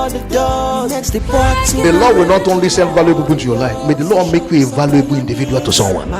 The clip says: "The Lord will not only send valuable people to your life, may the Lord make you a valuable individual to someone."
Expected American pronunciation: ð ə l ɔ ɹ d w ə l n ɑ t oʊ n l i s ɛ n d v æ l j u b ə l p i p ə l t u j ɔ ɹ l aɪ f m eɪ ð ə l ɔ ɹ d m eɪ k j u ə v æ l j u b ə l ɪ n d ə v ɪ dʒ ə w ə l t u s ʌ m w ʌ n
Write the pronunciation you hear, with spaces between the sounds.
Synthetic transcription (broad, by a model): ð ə l ɔ w ə l n ɑ t oʊ n l i s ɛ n v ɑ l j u ə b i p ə n t u j ɔ l aɪ f m eɪ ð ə l ɔ m eɪ k j u ə v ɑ l j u b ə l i n d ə v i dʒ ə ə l t u s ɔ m w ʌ n